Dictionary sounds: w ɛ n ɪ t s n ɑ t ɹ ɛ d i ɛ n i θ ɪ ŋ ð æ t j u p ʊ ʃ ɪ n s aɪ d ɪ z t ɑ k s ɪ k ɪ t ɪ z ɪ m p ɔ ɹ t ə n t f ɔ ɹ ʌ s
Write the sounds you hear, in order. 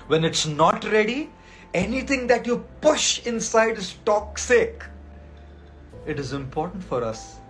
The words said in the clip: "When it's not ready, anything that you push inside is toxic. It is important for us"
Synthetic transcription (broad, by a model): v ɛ n ɪ t s n ɑ t ɹ ɛ d i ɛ n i t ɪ ŋ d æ t j u p ʊ ʃ ɪ n s aɪ d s t ɑ k s ɪ k ɪ t ɪ z ɪ m p ɔ ɹ t ə n t f ɔ ɹ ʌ s